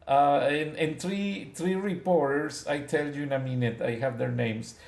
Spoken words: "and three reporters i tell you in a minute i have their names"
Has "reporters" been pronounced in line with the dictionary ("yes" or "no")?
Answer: no